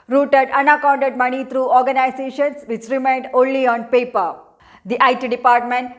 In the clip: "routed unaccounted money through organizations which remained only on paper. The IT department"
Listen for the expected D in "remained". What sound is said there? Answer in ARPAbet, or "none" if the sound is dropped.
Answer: D